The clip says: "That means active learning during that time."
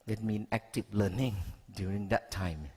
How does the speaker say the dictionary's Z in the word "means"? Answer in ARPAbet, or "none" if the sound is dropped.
none